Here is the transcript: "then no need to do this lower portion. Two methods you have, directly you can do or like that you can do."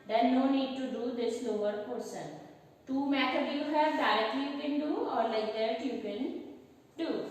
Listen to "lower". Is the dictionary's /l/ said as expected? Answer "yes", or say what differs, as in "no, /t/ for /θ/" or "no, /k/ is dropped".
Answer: no, /n/ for /l/